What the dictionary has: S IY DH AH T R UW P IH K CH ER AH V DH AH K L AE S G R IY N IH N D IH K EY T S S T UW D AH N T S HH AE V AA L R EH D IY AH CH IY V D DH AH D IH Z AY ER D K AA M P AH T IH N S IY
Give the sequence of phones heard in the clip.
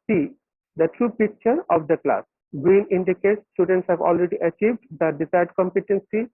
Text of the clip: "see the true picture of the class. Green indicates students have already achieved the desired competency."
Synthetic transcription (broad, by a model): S IY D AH T R UW P IH K CH ER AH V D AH K L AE S G R IY N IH N D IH K EY T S S T UW D AH N T S HH AE V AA L R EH D IY AH CH IY V D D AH D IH S AY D K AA M P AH T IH N S IY